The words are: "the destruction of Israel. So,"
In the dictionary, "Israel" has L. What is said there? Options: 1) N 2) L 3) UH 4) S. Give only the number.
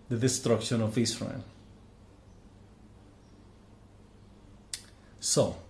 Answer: 1